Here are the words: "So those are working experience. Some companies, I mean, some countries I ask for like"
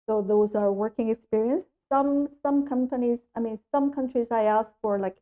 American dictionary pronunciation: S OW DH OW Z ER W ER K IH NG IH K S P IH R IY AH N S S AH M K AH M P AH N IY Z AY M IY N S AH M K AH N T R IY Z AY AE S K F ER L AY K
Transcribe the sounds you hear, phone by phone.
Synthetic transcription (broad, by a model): S OW DH OW Z ER W ER K IH NG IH K S P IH R IY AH N S S AH M K AH M P AH N IY Z AY M IY N S AH M K AH N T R IY Z AY AE S K F ER L AY K